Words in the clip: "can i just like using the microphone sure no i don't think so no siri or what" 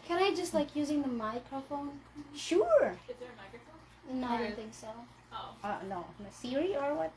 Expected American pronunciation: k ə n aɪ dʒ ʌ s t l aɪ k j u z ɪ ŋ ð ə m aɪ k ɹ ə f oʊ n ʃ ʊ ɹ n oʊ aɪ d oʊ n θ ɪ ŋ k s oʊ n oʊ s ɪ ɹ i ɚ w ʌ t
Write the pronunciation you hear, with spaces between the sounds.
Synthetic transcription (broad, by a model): k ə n aɪ dʒ ʌ s t l aɪ k j u z ɪ ŋ ð ə m aɪ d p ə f oʊ n ʃ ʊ ɹ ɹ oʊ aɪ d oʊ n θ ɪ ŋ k s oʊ n oʊ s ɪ ɹ i ɚ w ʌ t